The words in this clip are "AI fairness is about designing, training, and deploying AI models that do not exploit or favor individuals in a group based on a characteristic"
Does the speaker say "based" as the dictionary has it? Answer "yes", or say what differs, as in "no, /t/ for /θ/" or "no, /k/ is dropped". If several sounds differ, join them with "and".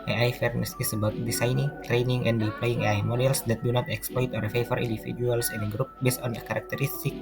yes